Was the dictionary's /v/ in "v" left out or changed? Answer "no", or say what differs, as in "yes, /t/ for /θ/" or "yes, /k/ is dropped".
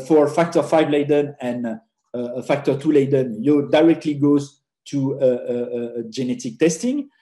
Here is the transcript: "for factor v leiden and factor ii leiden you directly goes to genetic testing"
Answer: yes, /f/ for /v/